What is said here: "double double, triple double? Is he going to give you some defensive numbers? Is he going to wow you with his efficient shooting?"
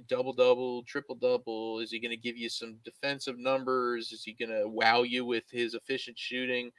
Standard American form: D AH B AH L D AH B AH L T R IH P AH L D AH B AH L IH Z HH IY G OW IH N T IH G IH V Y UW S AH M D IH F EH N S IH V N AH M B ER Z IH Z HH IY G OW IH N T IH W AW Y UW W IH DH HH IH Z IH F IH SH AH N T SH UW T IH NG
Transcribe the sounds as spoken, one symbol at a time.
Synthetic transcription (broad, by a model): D AH B L D AH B L T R IH P L D AH B L IH Z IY G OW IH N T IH G IH V Y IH S AH M D IH F EH N S IH V N AH M B ER Z IH Z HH IY G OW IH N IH W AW Y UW W IH DH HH IH Z IH F IH SH AH N T SH UW T IH NG